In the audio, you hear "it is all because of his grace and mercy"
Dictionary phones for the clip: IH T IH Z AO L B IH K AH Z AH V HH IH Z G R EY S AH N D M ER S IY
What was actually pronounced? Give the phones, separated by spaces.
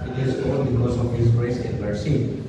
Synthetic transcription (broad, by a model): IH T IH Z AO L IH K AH S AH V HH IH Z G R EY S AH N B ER S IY